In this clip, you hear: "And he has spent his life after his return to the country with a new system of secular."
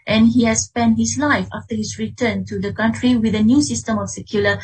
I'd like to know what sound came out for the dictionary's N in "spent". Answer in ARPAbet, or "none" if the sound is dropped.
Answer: N